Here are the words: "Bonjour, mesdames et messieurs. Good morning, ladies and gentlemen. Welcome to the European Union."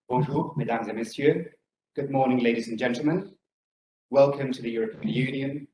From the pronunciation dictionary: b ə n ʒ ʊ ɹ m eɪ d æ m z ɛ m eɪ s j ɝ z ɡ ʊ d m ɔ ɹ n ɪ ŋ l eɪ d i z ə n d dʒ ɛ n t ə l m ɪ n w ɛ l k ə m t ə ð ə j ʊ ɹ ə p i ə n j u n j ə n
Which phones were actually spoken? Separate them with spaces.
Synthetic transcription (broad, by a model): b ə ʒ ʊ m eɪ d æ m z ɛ m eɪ s j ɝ ɡ ʊ d m ɔ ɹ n ɪ ŋ l eɪ d i z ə n dʒ ɛ n t l m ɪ n w ɛ l k ə m t ə ð ə j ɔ ɹ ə p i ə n j u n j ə n